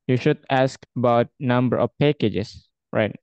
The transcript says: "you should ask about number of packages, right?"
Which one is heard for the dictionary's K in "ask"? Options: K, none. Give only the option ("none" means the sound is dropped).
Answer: K